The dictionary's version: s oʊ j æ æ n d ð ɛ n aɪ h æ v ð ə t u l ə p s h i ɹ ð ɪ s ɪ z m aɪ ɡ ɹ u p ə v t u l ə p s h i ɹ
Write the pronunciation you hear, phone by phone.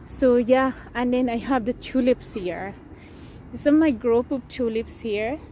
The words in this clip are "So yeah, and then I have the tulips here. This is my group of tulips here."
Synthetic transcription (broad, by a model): s oʊ j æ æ n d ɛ n aɪ h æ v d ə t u l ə p s h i ɹ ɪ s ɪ m aɪ ɡ ɹ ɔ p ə p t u l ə p s h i ɹ